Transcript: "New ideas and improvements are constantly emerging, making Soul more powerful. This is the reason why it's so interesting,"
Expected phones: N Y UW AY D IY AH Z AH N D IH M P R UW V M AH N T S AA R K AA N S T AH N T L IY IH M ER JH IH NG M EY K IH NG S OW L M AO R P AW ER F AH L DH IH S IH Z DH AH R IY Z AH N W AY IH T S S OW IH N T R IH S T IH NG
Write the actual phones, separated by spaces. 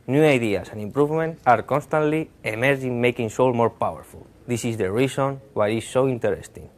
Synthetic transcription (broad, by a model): N Y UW AY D IY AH S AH N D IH M P R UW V M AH N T AA R K AA N S T AH N T L IY IH M ER JH IH NG M EY K IH NG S OW L M AO R P AW ER F AH L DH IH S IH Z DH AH R IY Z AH N W AY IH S S OW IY N T R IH S T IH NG